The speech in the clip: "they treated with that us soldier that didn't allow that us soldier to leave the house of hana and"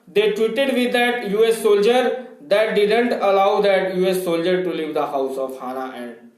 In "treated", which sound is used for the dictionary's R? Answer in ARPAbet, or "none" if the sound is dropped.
W